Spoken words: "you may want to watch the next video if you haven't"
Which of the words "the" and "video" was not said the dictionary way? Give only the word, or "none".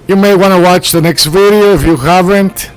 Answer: none